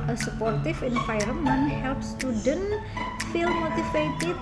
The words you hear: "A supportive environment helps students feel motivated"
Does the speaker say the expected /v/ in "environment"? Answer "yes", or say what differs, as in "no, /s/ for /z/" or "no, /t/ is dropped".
no, /f/ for /v/